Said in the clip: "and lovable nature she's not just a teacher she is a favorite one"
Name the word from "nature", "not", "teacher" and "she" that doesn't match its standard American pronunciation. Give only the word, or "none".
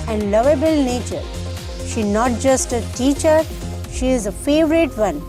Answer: none